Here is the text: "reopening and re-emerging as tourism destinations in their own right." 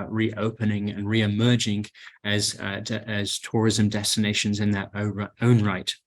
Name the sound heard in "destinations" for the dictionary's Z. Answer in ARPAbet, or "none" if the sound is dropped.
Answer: Z